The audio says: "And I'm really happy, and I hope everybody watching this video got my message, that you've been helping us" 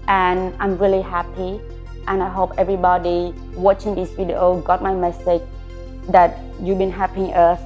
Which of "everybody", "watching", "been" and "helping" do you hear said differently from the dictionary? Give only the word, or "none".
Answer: helping